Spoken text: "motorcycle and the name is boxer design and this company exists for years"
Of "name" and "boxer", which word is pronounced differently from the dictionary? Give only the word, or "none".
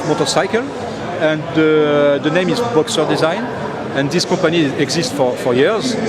none